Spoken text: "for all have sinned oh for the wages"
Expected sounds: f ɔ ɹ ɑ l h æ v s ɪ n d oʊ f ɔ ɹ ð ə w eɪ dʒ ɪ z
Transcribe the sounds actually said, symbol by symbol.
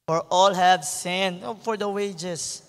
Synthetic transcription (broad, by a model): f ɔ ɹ ɑ l h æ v s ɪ n oʊ f ɔ ɹ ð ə w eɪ dʒ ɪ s